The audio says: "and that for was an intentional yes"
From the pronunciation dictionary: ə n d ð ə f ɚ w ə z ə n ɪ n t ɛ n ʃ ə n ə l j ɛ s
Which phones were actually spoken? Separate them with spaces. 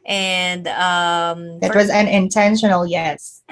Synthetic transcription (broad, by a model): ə n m ð ə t w ə z ə n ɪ n t ɛ n ʃ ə n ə l j ɛ s